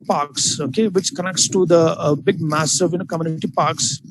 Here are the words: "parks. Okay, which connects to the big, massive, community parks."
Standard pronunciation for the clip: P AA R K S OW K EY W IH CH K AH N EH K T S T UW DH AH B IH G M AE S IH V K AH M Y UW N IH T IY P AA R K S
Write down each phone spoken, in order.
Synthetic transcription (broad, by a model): P AA R K S OW K EY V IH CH K AH N EH K T S T UW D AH B IH G M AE S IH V K AH M Y UW N IH T IY P AA R K S